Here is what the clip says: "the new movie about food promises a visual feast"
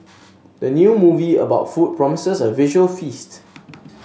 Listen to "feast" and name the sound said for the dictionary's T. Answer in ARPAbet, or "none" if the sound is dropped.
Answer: T